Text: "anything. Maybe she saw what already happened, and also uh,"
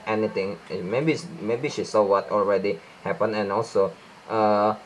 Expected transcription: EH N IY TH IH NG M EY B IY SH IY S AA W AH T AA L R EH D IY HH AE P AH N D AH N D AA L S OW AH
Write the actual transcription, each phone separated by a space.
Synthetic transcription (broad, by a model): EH N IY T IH NG M EY B IY SH IY S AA W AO T AA L R EH D IY HH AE P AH N AH N AA L S OW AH